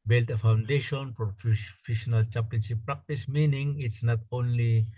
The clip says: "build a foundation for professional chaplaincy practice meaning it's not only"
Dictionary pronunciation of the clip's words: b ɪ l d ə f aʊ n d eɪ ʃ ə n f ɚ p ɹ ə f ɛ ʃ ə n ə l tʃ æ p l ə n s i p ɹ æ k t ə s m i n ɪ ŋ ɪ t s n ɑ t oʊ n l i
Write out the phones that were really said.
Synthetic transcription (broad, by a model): b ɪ l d ə f aʊ n d eɪ ʃ ə n p ɹ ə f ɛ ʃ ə n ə l tʃ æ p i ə n ʃ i p ɹ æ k t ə s m i n ɪ ŋ ɪ t s n ɑ t oʊ n l i